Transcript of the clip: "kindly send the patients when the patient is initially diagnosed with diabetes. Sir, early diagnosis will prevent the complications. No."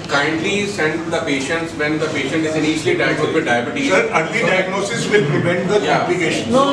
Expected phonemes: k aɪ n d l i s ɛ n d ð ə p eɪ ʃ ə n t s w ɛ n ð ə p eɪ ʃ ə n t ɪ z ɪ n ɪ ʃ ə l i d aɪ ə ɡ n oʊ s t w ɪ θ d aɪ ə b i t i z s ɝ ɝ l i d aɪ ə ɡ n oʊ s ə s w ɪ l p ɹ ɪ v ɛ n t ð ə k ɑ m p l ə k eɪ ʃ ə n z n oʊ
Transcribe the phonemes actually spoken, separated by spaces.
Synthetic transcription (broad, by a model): k aɪ n d l i s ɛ n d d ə p eɪ ʃ ə n t s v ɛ n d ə p eɪ ʃ ə n t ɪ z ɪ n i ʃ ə l i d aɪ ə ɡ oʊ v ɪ d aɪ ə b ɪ t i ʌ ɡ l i d aɪ ə ɡ n oʊ s ə s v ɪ l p ɹ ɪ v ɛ n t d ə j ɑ p l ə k eɪ ʃ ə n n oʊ